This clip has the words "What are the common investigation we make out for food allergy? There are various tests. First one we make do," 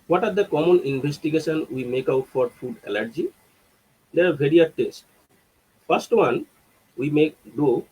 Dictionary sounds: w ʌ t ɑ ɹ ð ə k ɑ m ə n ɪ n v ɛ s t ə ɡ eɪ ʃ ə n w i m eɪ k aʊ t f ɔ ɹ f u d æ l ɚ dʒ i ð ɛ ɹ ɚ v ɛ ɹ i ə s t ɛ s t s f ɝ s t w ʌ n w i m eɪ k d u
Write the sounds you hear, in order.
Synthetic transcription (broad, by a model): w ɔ t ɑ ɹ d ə k ɑ m ə n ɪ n b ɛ s t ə ɡ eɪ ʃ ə n w i m eɪ k aʊ t f ɔ ɹ f u d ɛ l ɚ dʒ i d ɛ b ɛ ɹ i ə t ɛ s t f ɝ s t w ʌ n w i m eɪ k d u